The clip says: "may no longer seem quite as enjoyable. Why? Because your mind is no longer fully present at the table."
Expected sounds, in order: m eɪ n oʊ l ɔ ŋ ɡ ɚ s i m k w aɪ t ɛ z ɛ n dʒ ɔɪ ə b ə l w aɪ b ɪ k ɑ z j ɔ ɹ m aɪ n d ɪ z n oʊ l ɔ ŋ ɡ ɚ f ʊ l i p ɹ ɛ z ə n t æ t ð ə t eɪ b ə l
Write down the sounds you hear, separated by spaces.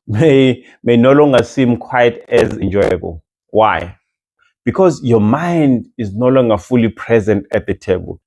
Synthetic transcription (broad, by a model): m eɪ n oʊ l ɔ ŋ ɡ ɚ s i m k w aɪ t ɛ z ɛ n dʒ ɔɪ ə b ə l w aɪ b ɪ k ɑ z j ɔ m aɪ n d ɪ z n oʊ l ɔ ŋ ɡ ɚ f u l i p ɹ ɛ z ə n t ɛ t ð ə t eɪ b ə l